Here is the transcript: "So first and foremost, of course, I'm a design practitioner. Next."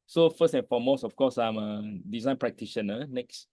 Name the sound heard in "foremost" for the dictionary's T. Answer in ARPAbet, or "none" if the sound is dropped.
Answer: none